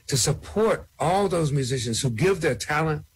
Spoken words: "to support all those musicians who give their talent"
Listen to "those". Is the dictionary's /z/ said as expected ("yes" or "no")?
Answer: yes